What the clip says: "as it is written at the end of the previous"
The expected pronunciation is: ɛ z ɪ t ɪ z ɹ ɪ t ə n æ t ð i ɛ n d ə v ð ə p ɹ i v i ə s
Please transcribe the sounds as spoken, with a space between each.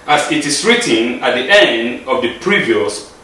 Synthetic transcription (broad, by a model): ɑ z ɪ t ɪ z ɹ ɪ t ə n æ t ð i ɛ n d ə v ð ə p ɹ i v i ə s